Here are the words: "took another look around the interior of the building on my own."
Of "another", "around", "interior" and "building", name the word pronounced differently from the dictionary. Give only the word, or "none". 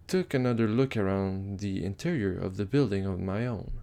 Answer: none